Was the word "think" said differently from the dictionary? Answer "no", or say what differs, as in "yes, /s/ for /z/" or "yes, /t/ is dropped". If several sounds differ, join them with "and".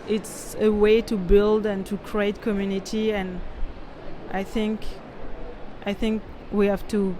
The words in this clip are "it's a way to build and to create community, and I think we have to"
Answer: no